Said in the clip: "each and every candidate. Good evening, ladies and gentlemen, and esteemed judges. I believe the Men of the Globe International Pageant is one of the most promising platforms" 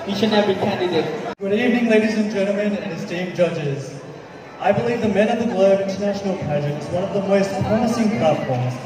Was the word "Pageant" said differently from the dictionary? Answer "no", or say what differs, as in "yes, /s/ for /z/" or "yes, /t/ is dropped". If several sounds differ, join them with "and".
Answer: yes, /n/ is dropped